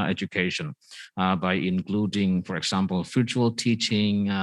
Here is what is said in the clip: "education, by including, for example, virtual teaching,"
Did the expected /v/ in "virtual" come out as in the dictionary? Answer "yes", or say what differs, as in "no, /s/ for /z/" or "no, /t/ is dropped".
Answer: no, /f/ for /v/